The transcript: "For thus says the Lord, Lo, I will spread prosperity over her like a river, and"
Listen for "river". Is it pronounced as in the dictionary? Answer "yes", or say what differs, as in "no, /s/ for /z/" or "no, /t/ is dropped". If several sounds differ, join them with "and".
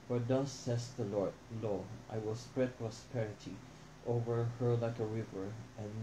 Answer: yes